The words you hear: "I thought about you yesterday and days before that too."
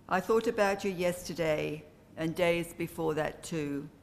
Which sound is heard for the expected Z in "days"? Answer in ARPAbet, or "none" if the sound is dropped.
Z